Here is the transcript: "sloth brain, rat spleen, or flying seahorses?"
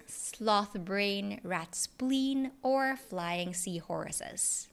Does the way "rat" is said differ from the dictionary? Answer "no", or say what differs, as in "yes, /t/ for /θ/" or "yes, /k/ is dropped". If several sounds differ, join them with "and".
no